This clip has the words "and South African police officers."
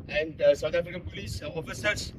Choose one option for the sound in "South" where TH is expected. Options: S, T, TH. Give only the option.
T